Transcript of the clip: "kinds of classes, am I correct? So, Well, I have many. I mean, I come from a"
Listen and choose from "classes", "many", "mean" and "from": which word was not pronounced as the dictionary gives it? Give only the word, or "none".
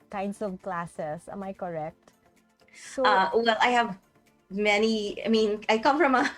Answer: classes